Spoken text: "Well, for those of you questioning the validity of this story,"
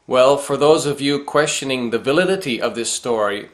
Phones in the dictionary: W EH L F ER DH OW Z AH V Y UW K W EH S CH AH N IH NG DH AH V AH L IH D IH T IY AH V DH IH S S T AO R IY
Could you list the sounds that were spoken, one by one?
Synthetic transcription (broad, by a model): W EH L F ER DH OW Z AH V Y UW K W EH S CH AH N IH NG DH AH V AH L IH D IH T IY AH V DH IH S S T AO R IY